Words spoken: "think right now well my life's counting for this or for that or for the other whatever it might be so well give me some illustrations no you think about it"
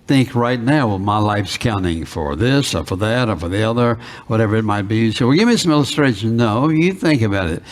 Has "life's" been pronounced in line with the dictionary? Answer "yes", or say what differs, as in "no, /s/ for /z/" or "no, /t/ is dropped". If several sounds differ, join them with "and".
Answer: yes